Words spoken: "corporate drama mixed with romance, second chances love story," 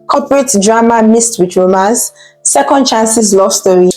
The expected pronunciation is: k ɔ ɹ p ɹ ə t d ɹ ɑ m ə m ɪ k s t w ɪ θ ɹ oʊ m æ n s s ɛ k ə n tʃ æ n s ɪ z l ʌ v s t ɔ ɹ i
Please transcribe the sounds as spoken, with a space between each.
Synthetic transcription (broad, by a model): k ɔ p ɹ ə t d ɹ ɑ m ə m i s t w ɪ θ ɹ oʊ m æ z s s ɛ k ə n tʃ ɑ n s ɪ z l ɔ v s t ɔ ɹ i